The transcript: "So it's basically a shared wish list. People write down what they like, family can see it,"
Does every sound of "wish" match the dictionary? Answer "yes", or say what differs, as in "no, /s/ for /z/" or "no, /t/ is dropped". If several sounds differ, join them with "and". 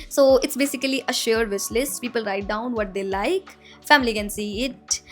no, /s/ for /ʃ/